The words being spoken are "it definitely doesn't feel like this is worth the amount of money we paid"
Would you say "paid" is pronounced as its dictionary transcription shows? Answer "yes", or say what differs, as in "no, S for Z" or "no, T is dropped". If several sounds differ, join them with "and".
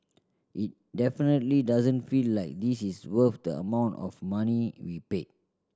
no, D is dropped